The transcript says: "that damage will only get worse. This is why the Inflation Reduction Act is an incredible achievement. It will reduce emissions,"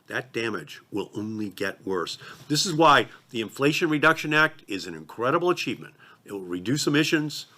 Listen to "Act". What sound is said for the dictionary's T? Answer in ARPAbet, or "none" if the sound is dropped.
T